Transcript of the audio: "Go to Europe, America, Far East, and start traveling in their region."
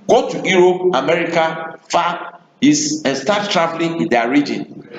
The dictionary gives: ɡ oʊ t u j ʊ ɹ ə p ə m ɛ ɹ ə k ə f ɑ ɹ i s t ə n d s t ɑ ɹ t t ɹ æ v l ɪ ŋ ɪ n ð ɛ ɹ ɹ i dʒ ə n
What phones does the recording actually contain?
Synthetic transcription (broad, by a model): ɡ oʊ t u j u ɹ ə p ə m ɛ ɹ ə k ə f ɑ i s ə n s t ɑ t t ɹ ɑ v l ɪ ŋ ɪ n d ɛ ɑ ɹ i dʒ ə n